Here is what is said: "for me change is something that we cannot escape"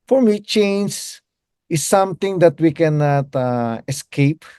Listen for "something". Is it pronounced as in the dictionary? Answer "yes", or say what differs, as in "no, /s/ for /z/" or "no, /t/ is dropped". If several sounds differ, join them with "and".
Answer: no, /t/ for /θ/